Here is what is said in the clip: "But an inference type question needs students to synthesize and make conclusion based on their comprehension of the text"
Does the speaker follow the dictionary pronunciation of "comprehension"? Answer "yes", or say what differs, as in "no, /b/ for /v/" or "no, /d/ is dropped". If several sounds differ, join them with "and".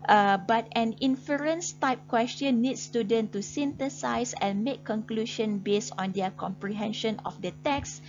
yes